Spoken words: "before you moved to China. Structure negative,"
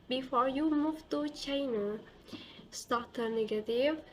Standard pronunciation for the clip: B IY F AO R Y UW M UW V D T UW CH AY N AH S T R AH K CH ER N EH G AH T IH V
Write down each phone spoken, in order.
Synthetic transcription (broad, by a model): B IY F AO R Y UW M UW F T UW CH AY N AH S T AH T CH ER N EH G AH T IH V